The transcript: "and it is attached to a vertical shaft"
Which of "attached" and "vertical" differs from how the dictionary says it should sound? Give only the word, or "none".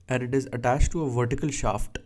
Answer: none